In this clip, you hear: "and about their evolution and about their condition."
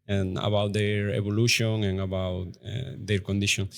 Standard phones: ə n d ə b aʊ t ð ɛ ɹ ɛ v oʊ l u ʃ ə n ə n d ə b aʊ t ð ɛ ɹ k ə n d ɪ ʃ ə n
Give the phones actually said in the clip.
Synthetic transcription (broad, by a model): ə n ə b aʊ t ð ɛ ɹ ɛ b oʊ l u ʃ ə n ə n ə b aʊ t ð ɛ ɹ k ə n d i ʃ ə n